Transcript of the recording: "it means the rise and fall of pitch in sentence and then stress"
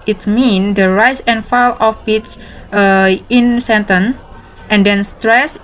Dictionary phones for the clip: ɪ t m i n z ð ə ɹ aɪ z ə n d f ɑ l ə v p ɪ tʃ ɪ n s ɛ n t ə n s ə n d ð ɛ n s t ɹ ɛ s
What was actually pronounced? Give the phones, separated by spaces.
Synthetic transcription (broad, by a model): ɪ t m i n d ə ɹ aɪ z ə n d f ɑ l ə f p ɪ s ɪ n s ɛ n t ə n ə n d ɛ n s t ɹ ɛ s